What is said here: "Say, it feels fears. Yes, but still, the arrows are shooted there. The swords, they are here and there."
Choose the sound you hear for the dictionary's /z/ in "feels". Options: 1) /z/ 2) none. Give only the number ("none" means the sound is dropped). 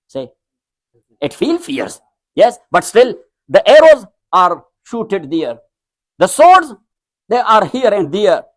2